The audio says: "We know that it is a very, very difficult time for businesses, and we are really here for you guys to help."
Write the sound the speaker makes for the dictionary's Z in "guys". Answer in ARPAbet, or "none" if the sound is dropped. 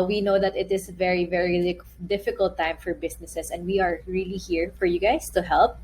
S